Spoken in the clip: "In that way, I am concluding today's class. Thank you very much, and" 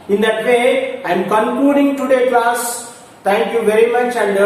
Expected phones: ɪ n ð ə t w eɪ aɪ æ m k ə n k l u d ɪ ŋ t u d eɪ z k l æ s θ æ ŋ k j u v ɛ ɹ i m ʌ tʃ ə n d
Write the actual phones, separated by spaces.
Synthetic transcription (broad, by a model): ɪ n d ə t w eɪ aɪ m k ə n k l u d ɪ ŋ t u d eɪ k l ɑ s t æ ŋ k j u v ɛ ɹ i m ʌ tʃ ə n d